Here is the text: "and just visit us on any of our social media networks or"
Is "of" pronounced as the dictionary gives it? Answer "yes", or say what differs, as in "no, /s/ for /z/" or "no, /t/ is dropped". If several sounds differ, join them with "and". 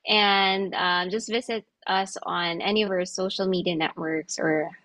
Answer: yes